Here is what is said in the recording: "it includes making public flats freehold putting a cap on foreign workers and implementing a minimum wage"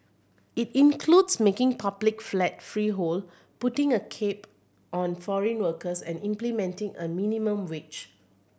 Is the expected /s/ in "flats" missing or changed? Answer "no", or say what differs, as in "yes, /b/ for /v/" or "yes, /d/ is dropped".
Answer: yes, /s/ is dropped